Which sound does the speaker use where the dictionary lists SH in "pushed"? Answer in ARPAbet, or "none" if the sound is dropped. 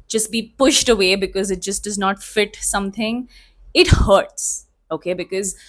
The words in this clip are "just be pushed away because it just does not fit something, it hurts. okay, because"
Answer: SH